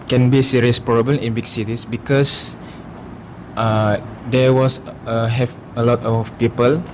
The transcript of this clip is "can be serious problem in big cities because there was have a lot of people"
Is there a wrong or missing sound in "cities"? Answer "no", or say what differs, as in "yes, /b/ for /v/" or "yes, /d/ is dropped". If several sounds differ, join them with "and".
yes, /s/ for /z/